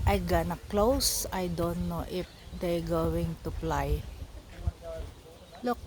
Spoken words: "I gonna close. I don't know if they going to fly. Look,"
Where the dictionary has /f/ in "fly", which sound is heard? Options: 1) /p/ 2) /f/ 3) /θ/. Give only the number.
1